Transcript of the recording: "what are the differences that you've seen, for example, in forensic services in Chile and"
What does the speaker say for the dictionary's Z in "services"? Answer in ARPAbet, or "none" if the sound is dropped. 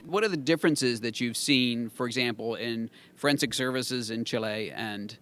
Z